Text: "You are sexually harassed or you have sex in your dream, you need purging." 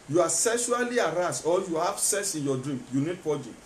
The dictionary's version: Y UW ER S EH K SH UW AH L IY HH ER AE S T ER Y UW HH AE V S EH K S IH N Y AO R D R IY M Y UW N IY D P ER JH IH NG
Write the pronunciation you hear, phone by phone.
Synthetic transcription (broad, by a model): Y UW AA S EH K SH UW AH L IY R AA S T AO Y UW HH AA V S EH S IH N Y AO D R IY M Y UW N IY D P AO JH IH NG